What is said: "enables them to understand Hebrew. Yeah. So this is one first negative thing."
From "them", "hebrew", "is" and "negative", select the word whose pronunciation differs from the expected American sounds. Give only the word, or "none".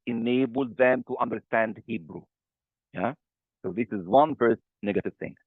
none